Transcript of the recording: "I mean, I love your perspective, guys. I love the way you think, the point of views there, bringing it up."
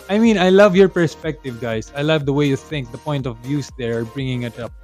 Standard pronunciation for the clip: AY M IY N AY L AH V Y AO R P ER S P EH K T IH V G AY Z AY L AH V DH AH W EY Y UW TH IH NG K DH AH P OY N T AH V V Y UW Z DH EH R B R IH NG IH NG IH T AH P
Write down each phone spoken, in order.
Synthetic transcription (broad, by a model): AY M IY N AY L AH V Y AO R P ER S P EH K T IH V G AY S AY L AH V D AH W EY Y UW TH IH NG K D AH P OY N T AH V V Y UW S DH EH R B R IH NG IH NG IH T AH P